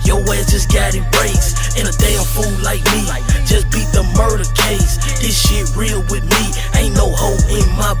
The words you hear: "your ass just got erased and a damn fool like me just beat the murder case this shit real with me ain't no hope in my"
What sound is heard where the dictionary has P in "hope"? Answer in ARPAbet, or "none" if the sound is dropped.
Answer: none